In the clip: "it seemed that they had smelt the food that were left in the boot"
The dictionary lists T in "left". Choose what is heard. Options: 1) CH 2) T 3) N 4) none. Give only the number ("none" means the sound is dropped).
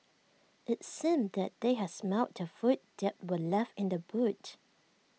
4